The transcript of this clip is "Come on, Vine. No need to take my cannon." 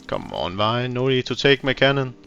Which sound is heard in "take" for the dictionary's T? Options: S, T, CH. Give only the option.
S